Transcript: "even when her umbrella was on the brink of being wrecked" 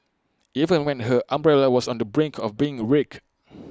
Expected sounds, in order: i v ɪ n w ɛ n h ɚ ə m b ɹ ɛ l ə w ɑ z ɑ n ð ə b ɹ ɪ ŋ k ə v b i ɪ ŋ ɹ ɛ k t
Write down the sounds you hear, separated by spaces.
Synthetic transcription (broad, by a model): i v ɪ n w ɛ n h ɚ ə m b ɹ ɛ l ə w ɑ s ɑ n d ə b ɹ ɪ ŋ k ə f b i ɪ ŋ ɹ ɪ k